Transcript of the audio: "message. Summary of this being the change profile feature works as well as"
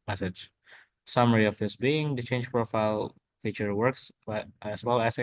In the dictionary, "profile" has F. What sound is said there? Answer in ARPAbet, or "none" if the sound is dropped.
F